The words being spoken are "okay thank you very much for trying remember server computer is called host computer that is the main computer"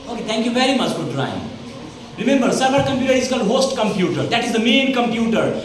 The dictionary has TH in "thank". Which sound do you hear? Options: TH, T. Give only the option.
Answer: T